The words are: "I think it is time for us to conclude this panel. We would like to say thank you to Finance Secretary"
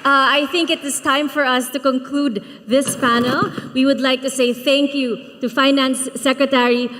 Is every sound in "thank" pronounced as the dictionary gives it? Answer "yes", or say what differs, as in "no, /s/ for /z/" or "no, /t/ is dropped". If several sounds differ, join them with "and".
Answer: yes